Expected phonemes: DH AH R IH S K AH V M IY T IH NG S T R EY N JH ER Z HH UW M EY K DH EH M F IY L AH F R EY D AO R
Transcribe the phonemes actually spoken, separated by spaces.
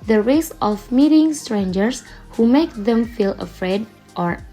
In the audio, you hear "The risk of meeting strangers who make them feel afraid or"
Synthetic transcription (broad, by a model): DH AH R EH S AH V M IY T IH NG S T R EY N JH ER S HH UW M EY K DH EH M F IY L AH F R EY D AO R